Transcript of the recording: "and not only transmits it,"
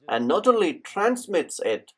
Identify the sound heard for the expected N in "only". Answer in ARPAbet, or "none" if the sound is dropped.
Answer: none